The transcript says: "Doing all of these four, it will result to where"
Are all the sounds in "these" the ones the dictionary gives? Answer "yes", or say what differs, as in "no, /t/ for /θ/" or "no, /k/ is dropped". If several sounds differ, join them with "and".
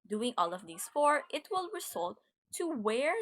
no, /s/ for /z/